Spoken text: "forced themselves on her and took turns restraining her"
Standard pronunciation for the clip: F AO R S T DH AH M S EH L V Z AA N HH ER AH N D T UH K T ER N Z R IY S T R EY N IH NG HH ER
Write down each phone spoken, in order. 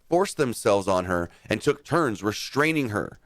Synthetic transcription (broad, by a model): F AO R S DH AH M S EH L V Z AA N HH ER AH N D T UH K T ER N Z R IY S T R EY N IH NG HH ER